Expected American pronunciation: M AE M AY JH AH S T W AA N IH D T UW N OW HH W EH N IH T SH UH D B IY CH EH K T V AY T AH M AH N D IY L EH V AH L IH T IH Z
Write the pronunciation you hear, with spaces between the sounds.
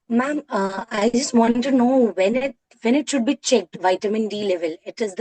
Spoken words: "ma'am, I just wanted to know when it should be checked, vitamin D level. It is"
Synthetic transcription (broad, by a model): M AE M AY JH AH S T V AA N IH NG T UW N OW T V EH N IH T SH UH D B IY CH EH K T V AY T AH M AH N D IY L EH V AH L IH T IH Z